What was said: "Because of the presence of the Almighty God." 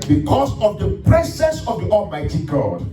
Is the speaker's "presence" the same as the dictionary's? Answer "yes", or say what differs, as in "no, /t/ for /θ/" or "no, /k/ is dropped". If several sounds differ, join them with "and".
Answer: no, /s/ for /z/ and /n/ is dropped